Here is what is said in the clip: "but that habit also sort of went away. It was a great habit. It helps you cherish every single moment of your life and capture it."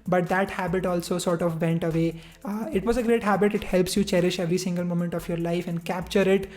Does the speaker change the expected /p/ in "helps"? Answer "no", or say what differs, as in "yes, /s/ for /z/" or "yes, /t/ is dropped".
no